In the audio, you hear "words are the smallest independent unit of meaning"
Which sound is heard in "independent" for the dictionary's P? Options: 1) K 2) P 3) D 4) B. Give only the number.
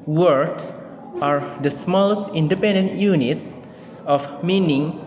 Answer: 2